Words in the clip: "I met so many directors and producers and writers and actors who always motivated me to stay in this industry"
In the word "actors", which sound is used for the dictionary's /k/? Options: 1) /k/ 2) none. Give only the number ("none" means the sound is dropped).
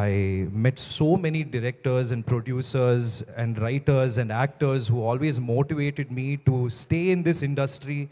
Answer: 1